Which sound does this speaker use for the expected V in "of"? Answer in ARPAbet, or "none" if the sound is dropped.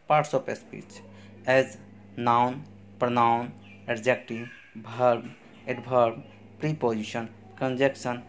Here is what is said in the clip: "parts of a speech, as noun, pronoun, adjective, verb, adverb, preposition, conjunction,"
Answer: P